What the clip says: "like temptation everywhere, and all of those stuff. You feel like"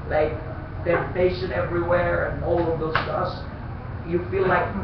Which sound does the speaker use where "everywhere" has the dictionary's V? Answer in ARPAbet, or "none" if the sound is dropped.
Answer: V